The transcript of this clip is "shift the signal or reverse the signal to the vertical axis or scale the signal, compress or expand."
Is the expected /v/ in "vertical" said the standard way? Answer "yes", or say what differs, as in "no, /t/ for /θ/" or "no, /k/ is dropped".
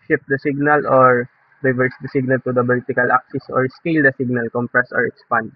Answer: no, /b/ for /v/